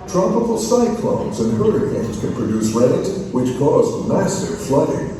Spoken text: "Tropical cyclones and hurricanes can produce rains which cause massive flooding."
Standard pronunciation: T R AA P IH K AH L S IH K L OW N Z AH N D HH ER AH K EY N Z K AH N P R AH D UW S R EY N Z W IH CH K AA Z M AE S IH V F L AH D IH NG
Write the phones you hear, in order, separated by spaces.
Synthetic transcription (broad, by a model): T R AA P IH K L S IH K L OW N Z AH N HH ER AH EY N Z K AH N P R AH D UW S R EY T W IH CH K AA Z M AE S IH V F L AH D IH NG